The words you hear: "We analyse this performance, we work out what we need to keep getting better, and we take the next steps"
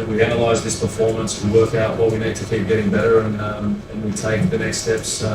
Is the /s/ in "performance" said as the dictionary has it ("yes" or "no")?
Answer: yes